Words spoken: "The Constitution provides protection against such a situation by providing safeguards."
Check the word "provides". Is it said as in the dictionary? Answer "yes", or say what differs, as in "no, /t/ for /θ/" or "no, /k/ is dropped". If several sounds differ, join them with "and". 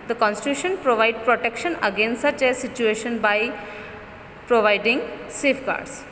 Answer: no, /z/ is dropped